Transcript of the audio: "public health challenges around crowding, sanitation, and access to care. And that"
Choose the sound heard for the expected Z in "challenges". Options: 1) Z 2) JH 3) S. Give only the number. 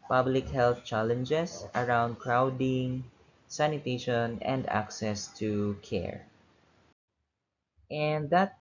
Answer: 3